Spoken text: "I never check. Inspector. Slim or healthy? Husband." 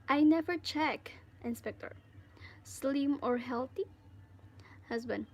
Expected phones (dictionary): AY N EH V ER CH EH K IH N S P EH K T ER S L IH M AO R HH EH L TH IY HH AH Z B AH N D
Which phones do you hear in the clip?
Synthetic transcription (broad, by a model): AY N EH V ER CH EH K IH N S P EH K T ER S L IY M AO R HH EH L T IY HH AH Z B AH N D